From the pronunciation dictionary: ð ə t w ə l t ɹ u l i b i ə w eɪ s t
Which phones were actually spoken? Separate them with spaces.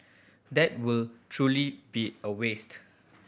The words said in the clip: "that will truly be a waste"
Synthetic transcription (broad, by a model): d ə t w ə l t ɹ u l i b i ə w eɪ s t